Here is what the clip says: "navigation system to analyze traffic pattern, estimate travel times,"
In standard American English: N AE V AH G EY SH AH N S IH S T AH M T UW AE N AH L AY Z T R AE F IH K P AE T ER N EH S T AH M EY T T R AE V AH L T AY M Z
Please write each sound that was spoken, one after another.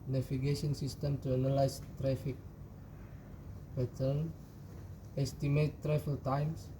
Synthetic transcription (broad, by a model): N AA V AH G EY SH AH N S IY S T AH M T UW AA N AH L AY S T R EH F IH K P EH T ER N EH S T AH M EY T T R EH F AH L T AY M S